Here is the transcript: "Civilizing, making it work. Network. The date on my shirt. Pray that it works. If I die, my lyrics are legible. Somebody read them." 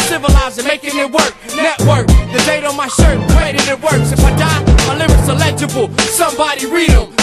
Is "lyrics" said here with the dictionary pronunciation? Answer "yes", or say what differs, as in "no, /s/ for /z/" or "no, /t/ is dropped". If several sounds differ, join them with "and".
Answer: no, /k/ is dropped